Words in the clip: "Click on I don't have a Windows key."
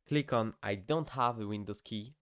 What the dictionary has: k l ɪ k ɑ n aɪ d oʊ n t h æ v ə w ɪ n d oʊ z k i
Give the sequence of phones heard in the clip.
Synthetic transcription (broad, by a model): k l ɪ k ɑ n aɪ d oʊ n t h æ v ə w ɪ n d oʊ s k i